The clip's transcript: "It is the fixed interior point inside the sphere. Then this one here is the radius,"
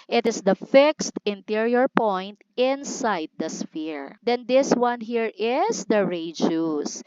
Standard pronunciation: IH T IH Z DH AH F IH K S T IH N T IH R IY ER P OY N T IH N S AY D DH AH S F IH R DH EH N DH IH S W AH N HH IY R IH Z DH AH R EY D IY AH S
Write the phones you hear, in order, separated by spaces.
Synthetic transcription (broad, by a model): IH T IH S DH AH F IH K S T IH N T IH R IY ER P OY N T IH N S AY D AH S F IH R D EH N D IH S W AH N HH IY R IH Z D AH R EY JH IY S